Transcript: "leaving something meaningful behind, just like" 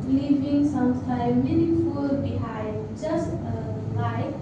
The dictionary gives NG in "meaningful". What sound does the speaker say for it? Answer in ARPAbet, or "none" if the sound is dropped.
none